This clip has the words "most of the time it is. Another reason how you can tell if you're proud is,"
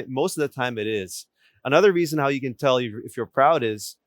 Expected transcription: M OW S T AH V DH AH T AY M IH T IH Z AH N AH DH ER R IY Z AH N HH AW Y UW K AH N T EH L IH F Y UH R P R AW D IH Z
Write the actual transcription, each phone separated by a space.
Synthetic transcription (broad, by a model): M OW S T AH V DH AH T AY M IH T IH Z AH N AH DH ER R IY Z AH N HH AW Y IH K AH N T EH L IH F Y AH R P R AW D IH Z